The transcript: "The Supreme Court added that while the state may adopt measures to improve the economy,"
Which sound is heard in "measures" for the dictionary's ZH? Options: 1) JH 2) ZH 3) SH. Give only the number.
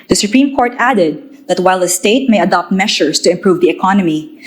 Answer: 3